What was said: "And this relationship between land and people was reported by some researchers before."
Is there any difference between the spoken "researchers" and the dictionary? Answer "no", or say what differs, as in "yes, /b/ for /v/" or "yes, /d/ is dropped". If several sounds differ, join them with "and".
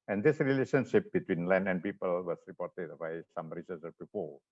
yes, /s/ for /tʃ/ and /z/ is dropped